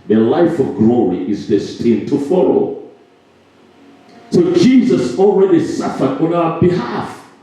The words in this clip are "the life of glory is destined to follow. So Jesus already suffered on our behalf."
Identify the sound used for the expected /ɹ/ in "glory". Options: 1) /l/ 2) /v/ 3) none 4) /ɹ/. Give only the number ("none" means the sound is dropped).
4